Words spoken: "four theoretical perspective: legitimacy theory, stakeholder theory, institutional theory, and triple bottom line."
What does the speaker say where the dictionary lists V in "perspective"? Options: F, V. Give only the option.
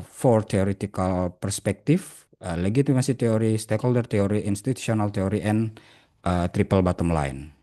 F